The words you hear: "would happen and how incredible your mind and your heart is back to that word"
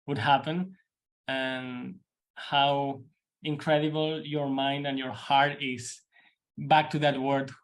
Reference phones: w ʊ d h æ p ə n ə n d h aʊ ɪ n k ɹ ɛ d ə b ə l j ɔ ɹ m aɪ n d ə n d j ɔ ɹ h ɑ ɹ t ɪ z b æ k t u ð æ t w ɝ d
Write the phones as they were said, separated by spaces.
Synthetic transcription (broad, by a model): w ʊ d h æ p ə n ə n h aʊ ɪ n k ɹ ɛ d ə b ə l j ɔ ɹ m aɪ n d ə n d j ɔ ɹ h ɑ ɹ t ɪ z b æ k t u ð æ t w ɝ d